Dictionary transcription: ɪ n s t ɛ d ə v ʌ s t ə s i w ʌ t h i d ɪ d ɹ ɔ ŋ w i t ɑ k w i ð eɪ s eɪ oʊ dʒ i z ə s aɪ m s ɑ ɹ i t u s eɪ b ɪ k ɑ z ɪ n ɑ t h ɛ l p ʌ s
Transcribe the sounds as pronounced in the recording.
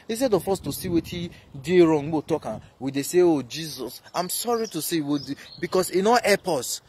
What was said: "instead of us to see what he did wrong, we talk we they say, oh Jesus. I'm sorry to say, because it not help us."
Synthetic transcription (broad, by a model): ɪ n s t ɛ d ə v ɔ s t ə s i w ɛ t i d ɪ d ɹ ɔ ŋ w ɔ t ɑ k w i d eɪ s eɪ oʊ dʒ i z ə s aɪ m s ɑ ɹ i t u s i b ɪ k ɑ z ɪ n ɑ t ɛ p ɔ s